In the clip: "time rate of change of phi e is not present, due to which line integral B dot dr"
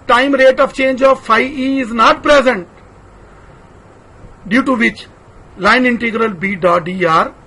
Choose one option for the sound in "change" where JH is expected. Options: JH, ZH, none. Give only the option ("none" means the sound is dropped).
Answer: JH